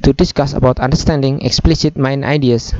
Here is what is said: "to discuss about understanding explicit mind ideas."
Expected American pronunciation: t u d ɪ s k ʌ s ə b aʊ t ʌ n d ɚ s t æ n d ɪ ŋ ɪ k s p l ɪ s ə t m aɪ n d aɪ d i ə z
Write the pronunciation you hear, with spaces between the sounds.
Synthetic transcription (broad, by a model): t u d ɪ s k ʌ s ə b aʊ t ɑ n d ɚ s t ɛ n d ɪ ŋ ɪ k s p l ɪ s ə t m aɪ n aɪ d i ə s